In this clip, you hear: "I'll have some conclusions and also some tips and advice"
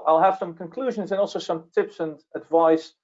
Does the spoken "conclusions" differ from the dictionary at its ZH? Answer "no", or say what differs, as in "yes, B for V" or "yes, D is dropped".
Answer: no